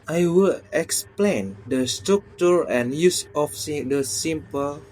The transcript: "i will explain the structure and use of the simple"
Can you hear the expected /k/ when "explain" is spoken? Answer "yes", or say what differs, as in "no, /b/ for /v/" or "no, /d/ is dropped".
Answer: yes